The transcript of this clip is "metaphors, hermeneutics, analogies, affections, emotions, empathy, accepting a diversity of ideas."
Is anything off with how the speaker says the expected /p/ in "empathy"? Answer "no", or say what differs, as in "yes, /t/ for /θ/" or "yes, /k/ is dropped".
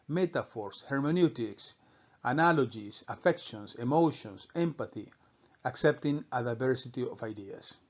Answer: no